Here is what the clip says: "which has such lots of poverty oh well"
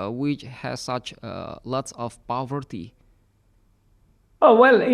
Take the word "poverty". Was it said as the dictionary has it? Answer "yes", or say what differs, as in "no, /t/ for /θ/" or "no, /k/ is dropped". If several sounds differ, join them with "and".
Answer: yes